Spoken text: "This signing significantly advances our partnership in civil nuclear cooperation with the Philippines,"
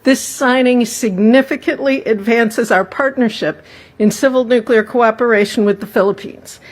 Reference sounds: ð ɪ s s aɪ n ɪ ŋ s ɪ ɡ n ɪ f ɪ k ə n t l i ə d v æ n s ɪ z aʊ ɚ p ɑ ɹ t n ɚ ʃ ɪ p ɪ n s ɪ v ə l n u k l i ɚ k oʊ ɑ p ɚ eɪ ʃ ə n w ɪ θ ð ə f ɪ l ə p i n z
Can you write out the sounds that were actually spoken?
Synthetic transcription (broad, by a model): ð ɪ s s aɪ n ɪ ŋ s ɪ ɡ n ɪ f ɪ k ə n t l i ə d v æ n s ɪ z aʊ ɚ p ɑ ɹ t n ɚ ʃ ɪ p ɪ n s ɪ v l n u k l i ɚ k oʊ ɑ p ɚ eɪ ʃ n w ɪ ð ə f ɪ l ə p i n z